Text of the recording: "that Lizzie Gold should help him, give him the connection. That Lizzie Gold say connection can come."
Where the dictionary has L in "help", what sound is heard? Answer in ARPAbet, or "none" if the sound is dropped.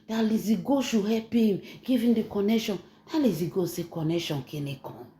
none